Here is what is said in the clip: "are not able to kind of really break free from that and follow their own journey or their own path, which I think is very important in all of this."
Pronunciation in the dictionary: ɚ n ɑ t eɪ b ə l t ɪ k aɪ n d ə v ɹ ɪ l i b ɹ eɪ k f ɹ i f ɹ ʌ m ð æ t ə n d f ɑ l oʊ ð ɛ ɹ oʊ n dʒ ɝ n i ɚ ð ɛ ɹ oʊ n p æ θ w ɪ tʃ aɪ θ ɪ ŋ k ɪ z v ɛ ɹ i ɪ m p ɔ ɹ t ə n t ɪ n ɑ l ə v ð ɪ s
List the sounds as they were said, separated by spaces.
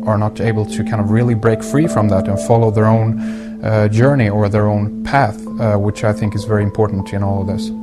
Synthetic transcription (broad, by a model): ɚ n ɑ t eɪ b l t ɪ k aɪ n d ə v ɹ ɪ l i b ɹ eɪ k f ɹ i f ɹ ʌ m ð æ t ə n f ɑ l oʊ ð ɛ ɹ oʊ n dʒ ɝ n i ɚ ð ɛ ɹ oʊ n p æ θ w ɪ tʃ aɪ θ ɪ ŋ k ɪ z v ɛ ɹ i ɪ m p ɔ ɹ t n t ɪ n ɑ l ə v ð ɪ s